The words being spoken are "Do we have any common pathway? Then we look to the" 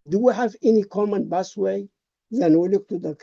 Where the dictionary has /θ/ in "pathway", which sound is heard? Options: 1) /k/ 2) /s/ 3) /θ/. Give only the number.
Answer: 2